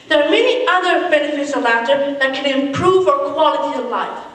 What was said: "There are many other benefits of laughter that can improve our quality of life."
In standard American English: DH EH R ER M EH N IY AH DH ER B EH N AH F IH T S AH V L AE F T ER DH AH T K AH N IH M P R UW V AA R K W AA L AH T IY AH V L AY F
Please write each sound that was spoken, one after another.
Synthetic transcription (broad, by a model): DH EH R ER M EH N IY AH DH ER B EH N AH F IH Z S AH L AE T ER DH AH T K AH N IH M P R UW V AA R K W AA L AH T IY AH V L AY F